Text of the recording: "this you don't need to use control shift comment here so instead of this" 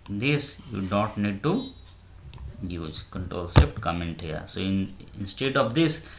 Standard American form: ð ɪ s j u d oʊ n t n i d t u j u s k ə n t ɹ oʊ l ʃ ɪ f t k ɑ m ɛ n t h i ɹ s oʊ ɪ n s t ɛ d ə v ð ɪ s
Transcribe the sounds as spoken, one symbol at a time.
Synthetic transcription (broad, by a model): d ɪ s j u d oʊ n t n i d t u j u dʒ k ə n t ɹ oʊ l s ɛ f t k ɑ m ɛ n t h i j s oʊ ɪ n s t ɛ d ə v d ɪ s